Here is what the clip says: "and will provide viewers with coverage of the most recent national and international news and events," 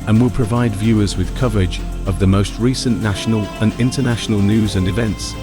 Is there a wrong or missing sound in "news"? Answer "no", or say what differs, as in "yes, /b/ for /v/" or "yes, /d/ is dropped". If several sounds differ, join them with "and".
no